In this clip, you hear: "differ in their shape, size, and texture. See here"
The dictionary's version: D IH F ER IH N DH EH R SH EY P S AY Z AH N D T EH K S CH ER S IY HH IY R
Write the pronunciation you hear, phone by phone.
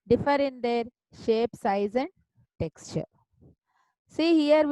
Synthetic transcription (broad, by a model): D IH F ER IH N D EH R SH EY P S AY Z AH N D T EH K S CH ER S IY HH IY R